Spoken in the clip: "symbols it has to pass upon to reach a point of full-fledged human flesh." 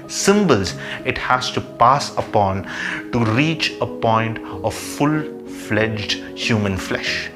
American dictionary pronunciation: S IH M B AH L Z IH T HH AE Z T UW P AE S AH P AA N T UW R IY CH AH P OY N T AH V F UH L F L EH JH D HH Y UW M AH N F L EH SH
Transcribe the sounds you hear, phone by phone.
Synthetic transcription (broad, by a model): S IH M B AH L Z IH T HH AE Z T UW P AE S AH P AA N T UW R IY CH AH P OY N T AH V F UH L F L EH JH D HH Y UW M AH N F L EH SH